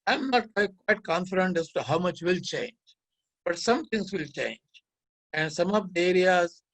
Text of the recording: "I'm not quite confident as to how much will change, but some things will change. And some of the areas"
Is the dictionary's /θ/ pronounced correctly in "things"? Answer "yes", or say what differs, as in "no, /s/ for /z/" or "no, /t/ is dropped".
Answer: no, /t/ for /θ/